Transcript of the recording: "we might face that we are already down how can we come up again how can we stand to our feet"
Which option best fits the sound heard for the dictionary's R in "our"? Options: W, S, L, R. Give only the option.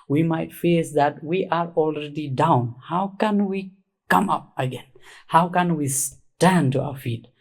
R